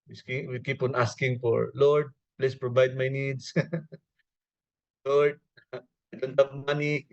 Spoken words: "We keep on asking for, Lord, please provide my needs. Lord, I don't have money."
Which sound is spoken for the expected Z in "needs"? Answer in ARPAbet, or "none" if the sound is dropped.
S